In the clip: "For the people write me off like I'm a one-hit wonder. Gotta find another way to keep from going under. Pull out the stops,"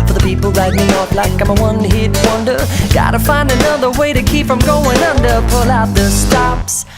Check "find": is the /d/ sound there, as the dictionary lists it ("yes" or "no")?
yes